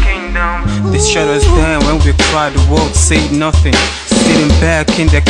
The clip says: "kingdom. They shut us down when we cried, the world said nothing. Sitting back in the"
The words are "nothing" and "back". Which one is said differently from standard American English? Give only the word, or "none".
none